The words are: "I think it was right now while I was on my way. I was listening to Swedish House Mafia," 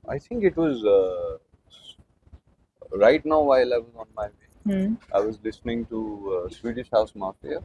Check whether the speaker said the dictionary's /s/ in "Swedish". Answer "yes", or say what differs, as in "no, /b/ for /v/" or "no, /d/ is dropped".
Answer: yes